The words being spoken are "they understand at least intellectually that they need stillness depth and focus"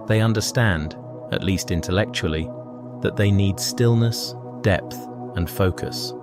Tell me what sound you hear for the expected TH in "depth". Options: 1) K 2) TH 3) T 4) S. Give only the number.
2